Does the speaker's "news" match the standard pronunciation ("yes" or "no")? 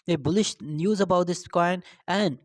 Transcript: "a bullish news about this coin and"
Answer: yes